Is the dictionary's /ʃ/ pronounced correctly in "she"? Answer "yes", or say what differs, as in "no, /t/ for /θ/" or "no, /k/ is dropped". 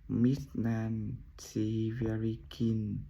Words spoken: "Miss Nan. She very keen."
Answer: no, /s/ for /ʃ/